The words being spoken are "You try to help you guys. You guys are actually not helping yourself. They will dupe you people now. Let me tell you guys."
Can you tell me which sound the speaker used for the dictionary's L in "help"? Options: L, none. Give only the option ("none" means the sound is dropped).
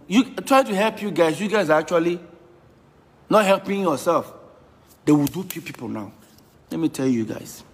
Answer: L